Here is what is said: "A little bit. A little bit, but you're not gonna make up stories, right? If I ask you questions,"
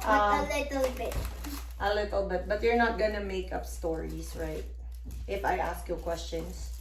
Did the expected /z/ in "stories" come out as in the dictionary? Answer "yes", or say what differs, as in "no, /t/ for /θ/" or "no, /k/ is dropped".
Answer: no, /s/ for /z/